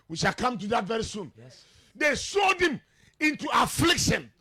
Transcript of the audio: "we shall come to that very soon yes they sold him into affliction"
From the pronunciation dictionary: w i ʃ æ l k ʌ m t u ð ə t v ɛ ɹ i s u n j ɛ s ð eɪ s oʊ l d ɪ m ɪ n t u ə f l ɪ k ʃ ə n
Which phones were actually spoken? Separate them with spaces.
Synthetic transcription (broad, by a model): w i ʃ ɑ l k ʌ m t u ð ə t v ɛ ɹ i s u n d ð eɪ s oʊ d ɪ m ɪ n t u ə f l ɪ k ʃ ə n